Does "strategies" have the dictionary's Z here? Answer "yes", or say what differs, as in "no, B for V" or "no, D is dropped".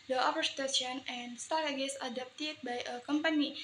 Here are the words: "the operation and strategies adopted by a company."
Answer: no, S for Z